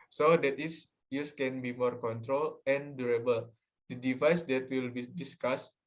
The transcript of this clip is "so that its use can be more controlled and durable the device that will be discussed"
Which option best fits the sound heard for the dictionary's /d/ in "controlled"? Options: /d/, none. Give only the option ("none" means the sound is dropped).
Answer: none